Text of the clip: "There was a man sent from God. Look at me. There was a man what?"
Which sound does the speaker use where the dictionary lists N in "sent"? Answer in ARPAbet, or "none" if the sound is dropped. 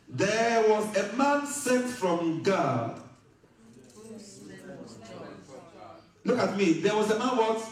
none